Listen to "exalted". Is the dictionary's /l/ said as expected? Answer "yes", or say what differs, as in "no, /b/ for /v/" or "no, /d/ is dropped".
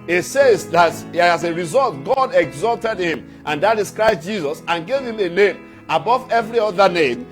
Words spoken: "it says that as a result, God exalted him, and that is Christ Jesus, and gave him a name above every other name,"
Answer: yes